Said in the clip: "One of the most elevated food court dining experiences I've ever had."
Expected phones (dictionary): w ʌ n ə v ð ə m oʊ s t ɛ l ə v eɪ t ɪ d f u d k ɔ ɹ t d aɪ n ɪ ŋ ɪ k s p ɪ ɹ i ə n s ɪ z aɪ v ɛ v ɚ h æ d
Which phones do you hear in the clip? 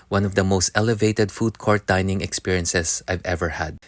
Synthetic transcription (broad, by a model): w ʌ n ə v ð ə m oʊ s t ɛ l ə v eɪ t ɪ d f u d k ɔ ɹ t d aɪ n ɪ ŋ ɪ k s p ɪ ɹ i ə n s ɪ s aɪ v ɛ v ɚ h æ d